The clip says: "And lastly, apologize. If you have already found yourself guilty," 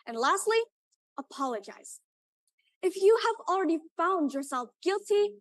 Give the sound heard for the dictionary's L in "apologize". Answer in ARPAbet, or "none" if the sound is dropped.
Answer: L